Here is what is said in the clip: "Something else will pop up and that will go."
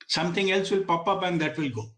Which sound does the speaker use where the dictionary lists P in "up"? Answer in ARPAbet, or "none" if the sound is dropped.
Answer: B